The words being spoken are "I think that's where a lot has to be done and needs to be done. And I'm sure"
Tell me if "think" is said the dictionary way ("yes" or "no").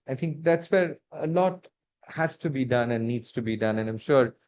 no